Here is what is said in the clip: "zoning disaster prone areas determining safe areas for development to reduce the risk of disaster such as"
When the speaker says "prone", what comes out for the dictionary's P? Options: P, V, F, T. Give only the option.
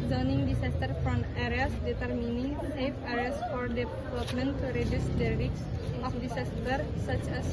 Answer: F